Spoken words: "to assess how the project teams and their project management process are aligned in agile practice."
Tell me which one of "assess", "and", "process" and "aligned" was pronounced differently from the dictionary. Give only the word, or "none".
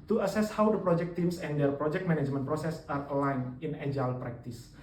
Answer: aligned